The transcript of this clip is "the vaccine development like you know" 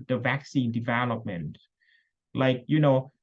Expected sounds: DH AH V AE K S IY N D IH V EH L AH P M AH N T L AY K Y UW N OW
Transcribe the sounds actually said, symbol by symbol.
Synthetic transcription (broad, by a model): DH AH V AE K S IY N D IH V EH L AH P M AH N T L AY K Y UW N OW